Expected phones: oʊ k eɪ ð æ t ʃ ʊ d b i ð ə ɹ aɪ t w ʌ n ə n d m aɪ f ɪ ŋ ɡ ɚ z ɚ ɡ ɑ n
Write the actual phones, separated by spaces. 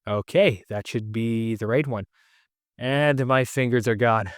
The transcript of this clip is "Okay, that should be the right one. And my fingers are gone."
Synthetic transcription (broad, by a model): oʊ k eɪ ð æ t ʃ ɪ d b i ð ə ɹ aɪ t w ʌ n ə n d m aɪ f ɪ ŋ ɡ ɚ z ɚ ɡ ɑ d